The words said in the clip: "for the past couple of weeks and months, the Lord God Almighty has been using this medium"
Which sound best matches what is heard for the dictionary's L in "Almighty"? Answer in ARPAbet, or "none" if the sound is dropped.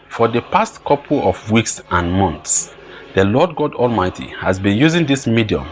L